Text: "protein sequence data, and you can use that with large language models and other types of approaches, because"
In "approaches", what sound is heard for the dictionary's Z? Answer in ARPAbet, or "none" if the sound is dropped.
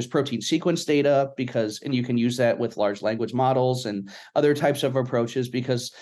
Z